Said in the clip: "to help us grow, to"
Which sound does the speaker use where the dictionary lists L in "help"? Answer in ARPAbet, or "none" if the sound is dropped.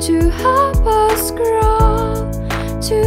none